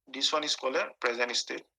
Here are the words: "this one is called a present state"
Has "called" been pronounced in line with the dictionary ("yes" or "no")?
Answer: no